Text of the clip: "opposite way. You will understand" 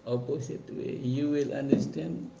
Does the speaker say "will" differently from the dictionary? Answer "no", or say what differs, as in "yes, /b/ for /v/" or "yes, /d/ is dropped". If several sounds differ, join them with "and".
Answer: no